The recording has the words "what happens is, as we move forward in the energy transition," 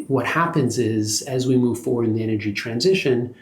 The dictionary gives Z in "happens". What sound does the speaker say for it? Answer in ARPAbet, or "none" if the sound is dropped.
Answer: Z